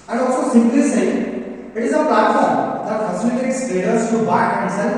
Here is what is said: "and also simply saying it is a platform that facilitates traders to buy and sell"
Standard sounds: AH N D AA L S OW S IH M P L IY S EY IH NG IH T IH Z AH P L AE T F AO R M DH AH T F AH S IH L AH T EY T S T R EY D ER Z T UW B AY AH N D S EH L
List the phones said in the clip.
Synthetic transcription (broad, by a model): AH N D AA L S OW S IH M P L IY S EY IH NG IH T IH Z AH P L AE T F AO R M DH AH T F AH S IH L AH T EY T S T EY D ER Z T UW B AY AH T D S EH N